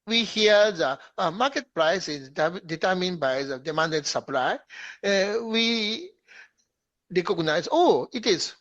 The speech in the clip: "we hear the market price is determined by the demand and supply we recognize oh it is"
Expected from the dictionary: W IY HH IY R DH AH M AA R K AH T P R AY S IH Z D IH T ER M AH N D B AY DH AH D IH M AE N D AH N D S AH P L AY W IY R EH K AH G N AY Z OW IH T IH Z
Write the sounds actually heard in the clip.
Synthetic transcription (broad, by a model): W IY HH IY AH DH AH M AA K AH T P R AY S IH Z D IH T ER M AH N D B AY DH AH D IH M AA N D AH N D S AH P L AY W IY R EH K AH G N AY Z OW IH T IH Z